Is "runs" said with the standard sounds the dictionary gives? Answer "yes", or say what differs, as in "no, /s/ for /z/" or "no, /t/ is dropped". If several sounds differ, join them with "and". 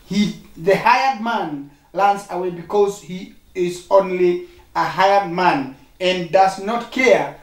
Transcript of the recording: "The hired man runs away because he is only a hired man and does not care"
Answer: no, /l/ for /ɹ/